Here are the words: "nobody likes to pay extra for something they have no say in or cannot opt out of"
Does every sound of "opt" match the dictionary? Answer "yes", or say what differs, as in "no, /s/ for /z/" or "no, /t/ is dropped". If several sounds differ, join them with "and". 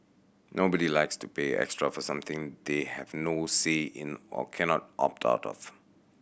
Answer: yes